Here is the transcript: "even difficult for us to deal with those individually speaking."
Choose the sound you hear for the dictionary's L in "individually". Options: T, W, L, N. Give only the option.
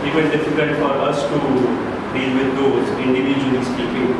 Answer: N